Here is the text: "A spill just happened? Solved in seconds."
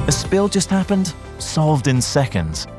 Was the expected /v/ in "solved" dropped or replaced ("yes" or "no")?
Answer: no